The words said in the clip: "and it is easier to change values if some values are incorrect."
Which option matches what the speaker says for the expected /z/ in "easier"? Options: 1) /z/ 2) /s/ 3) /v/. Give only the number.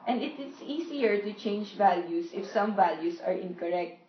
2